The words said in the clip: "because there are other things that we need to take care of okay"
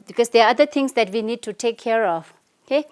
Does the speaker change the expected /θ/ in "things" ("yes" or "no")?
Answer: yes